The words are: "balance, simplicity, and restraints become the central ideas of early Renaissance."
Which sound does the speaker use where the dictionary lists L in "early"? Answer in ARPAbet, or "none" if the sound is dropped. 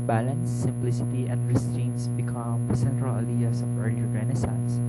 none